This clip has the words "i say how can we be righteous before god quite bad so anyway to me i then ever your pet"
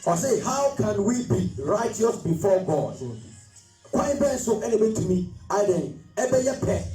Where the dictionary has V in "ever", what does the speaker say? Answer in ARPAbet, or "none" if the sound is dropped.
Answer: B